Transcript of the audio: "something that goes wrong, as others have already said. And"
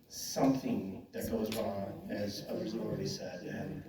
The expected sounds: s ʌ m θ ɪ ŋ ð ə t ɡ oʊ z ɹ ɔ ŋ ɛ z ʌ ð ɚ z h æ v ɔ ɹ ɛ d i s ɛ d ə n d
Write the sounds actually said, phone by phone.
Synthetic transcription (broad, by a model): s ʌ m θ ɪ ŋ ð ə t ɡ oʊ z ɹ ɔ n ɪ z ʌ ð ɚ z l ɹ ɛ d i s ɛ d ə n